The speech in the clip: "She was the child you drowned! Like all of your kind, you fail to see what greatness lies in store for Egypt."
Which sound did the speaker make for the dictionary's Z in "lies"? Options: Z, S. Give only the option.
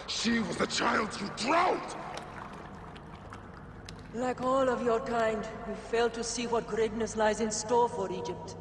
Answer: Z